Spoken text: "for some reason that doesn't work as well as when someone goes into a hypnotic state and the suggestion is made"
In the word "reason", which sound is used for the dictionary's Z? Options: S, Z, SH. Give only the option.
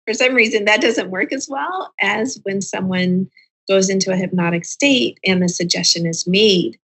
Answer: Z